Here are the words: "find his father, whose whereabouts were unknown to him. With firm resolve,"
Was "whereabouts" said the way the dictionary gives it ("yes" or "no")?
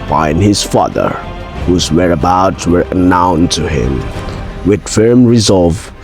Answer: no